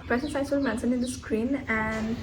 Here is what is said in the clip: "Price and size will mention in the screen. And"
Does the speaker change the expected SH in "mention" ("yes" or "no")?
yes